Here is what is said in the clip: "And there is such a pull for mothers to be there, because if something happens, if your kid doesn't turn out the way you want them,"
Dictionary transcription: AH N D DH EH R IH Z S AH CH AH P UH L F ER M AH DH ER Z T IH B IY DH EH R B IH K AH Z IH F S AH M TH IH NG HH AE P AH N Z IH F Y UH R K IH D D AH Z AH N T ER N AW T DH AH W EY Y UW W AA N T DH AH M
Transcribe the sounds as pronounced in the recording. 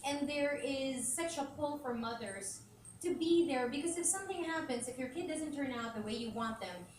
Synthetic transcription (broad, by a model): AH N DH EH R IH Z S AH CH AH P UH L F ER M AH DH ER Z T IH B IY DH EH R B IH K AH Z IH F S AH M TH IH NG HH AE P AH N Z IH F Y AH R K IH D D AH Z AH N T ER N AW T DH AH W EY Y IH W AA N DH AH M